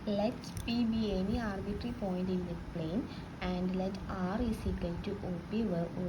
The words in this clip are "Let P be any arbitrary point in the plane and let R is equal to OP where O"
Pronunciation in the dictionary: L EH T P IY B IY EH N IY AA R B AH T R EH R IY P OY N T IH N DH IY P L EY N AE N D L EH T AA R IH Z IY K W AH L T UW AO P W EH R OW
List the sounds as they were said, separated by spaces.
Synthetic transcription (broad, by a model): L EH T P IY B IY EH N IY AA R B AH T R R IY P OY N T IH N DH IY P L EY N AE N D L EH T AA R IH S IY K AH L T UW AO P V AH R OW